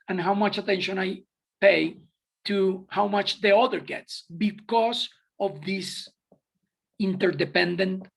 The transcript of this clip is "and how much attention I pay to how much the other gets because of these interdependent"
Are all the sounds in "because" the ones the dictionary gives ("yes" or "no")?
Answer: no